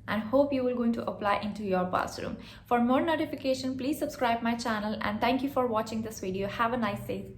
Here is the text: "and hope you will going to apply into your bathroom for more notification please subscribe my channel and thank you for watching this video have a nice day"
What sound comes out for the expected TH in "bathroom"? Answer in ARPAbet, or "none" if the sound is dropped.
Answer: S